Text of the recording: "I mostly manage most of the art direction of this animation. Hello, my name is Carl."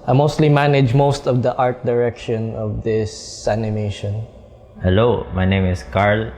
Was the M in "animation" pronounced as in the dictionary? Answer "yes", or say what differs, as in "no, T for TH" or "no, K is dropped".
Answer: yes